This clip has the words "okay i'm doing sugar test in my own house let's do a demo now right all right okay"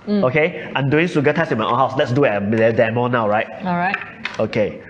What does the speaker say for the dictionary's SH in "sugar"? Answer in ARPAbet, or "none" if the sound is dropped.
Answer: S